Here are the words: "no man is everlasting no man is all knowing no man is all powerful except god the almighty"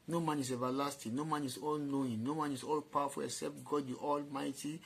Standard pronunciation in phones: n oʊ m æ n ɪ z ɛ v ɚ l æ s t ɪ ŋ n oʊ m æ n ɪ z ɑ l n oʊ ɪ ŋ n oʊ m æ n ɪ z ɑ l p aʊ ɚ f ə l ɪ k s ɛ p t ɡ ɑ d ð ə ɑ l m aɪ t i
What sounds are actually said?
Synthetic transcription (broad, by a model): n oʊ m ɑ n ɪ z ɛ v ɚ l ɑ s t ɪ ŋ n oʊ m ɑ n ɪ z ɑ l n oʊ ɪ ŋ n oʊ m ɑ n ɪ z ɑ l p aʊ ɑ f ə l ɪ k s ɛ p t ɡ ɑ d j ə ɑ l m aɪ t i